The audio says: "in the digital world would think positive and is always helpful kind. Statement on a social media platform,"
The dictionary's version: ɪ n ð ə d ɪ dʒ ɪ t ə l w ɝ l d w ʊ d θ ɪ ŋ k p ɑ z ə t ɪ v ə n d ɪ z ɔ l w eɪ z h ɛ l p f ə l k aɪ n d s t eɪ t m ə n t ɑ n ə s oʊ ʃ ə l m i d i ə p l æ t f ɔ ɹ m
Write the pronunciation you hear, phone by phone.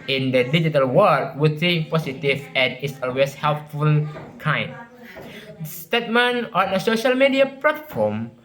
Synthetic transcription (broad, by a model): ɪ n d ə d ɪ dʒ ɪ t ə l w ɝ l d w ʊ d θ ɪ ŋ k p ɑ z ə t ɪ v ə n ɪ s ɔ l w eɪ s h ɛ l p f ə l k aɪ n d s t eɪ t m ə n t ɑ n ə s oʊ ʃ ə l m i d i ə p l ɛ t f ɔ m